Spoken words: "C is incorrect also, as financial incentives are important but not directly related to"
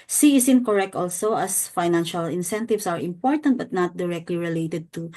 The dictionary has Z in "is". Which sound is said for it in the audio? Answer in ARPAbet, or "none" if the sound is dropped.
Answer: S